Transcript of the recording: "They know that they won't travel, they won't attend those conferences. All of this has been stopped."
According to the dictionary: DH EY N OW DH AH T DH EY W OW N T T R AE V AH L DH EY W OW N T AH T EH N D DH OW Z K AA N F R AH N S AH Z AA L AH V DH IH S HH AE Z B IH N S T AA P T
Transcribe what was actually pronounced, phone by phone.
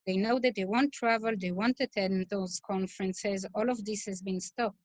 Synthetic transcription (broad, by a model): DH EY N OW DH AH T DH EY W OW N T T R AE V AH L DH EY W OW N T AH T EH N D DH OW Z K AA N F R AH N S AH Z AA L AH V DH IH S HH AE Z B IH N S T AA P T